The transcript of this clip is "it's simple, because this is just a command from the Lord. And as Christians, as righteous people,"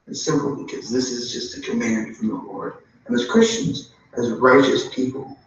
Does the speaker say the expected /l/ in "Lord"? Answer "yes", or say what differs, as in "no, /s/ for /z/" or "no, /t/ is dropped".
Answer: yes